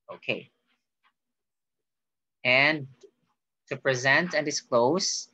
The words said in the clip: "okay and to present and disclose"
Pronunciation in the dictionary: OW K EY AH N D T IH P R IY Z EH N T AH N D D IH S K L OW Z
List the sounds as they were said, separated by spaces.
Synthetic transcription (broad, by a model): OW K EY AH N T IH P R IY Z EH N T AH N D D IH S K L OW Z